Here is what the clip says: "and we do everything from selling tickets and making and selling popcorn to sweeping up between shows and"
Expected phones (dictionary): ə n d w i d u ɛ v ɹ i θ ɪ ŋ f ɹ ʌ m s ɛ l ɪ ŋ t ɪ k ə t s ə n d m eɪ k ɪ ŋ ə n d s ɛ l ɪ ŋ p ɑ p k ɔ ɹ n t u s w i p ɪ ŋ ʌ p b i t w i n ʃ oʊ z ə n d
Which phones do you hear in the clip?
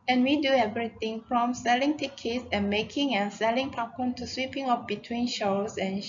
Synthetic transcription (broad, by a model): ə n w i d u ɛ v ɹ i t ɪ ŋ f ɹ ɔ m s ɛ l ɪ ŋ t ɪ k ə t s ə n m eɪ k ɪ ŋ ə n s ɛ l ɪ ŋ p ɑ k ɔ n t u s w i p ɪ ŋ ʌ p b i t w i n ʃ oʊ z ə n